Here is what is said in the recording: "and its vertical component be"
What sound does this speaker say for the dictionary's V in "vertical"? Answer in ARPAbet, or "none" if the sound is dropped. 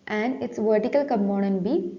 V